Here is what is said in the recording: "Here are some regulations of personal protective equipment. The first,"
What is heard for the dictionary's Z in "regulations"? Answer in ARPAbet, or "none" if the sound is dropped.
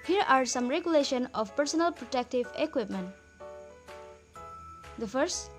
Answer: none